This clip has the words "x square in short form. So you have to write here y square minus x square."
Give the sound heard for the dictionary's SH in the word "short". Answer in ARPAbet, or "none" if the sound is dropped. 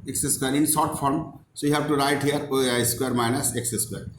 S